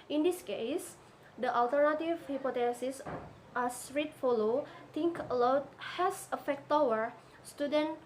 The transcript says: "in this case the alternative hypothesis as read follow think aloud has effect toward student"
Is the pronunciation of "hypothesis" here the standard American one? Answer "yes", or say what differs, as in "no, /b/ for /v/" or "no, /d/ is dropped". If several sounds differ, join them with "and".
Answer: no, /t/ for /θ/